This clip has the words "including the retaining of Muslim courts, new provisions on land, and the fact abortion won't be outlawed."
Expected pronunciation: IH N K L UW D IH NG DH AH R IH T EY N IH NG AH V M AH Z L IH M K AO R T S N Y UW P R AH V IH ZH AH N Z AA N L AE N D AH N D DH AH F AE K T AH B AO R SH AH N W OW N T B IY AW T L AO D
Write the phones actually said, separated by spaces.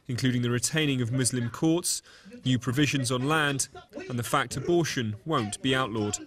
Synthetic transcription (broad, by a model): IH N K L UW D IH NG DH AH R IH T EY N IH NG AH V M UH Z L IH M K AO T S N Y UW P R AH V IH ZH AH N Z N L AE N D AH N DH AH F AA K T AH B AO SH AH N W OW N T B IY AW T L AO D